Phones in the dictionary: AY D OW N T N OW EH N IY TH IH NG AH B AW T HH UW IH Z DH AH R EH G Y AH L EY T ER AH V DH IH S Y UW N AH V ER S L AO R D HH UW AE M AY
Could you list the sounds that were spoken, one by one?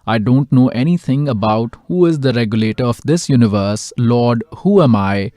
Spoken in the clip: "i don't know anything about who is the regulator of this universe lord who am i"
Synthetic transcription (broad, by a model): AY D OW N T N OW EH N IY T IH NG AH B AW T HH UW IH Z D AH R EH G Y AH L EY T ER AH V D IH S Y UW N AH V ER S L AO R D HH UW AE M AY